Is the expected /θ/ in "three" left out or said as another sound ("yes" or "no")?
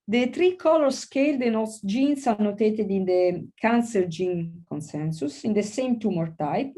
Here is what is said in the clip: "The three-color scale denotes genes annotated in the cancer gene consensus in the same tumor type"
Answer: yes